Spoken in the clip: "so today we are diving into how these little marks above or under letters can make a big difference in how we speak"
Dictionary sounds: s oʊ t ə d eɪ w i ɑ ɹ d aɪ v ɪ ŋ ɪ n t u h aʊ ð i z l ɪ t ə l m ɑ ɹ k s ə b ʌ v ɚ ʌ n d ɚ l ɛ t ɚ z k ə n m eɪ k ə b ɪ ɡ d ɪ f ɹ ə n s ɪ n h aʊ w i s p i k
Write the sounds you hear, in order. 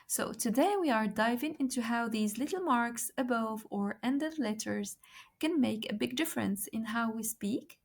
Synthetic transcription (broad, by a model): s oʊ t ə d eɪ w i ɑ ɹ d aɪ v ɪ ŋ ɪ n t u h aʊ ð i z l ɪ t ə l m ɑ ɹ k s ə b ʌ v ɚ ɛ n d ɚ l ɛ t ɚ z k ə n m eɪ k ə b ɪ ɡ d ɪ f ɹ ə n s ɪ n h aʊ w i s p i k